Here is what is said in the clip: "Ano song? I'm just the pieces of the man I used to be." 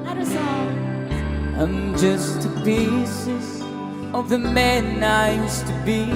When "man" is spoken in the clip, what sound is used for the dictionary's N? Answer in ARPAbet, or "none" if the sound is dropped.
N